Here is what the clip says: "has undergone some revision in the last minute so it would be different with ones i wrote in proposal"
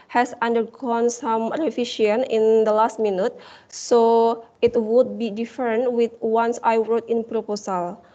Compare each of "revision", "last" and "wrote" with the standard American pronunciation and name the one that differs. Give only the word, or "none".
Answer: revision